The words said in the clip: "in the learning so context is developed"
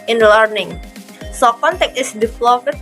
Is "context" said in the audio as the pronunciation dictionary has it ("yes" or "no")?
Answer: no